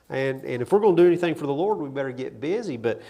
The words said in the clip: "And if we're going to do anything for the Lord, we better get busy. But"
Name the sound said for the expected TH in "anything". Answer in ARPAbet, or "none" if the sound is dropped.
TH